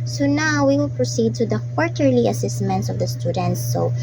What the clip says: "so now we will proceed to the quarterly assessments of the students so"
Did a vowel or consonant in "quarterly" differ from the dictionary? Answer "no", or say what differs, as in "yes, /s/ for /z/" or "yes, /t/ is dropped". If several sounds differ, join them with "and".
no